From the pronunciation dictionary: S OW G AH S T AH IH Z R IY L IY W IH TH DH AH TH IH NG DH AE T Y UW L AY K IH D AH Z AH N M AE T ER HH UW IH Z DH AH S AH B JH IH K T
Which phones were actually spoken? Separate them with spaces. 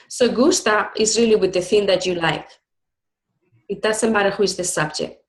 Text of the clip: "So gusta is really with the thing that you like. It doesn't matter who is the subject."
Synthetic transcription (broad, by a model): S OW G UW S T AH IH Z R IY L IY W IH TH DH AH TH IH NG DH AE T Y UW L AY K IH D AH S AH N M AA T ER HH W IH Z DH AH S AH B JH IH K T